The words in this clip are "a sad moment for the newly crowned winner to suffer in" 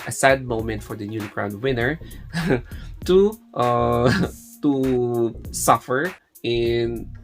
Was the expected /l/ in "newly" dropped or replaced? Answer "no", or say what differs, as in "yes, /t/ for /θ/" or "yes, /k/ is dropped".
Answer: yes, /n/ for /l/